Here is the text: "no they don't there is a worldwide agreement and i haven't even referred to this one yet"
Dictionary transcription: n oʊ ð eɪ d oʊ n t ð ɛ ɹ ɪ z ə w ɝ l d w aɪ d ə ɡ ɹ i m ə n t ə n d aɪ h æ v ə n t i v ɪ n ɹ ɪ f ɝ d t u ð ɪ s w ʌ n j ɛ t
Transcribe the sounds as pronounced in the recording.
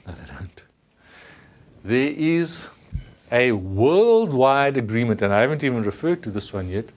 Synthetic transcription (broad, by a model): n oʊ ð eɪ d oʊ n t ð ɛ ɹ ɪ z ə w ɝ l d w aɪ d ə ɡ ɹ i m ə n t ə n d aɪ h æ v ə n t i v ɪ n ɹ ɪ f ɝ d t u ð ɪ s w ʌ n j ɛ t